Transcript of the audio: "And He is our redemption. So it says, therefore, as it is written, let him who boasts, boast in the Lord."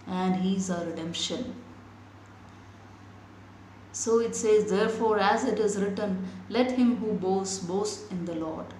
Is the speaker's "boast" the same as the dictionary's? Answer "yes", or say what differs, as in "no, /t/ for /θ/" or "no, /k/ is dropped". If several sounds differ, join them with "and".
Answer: no, /t/ is dropped